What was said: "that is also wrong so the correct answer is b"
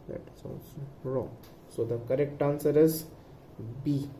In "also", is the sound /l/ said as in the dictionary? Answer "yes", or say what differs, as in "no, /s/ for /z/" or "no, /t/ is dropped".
no, /n/ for /l/